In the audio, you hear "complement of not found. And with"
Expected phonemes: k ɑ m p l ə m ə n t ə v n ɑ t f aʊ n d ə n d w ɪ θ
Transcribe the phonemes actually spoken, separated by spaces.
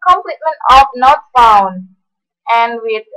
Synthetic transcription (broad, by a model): k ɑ m p l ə m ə n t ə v n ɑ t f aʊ n ə n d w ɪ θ